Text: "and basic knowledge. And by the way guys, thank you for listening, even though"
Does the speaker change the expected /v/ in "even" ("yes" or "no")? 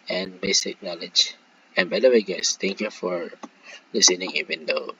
yes